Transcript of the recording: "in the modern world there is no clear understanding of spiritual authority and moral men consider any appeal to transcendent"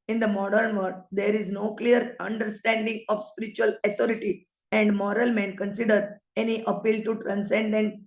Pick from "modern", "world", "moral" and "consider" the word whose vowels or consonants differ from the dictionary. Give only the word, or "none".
world